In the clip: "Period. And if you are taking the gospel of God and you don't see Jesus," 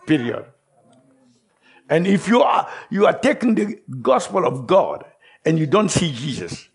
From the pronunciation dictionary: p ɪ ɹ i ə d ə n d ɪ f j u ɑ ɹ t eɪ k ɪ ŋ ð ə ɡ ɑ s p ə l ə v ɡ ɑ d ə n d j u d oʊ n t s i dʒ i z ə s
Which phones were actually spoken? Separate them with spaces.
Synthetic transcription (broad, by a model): p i ɹ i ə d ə n ɪ f j u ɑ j t eɪ k ɪ ŋ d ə ɡ ɑ s p ə l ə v ɡ ɑ d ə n j u d oʊ n t s i dʒ i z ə s